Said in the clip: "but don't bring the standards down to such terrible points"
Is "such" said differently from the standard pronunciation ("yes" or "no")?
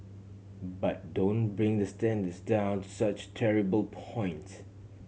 no